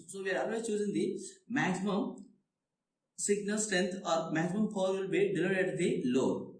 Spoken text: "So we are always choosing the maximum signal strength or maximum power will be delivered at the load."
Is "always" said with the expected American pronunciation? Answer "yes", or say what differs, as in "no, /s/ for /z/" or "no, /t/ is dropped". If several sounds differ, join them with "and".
no, /z/ is dropped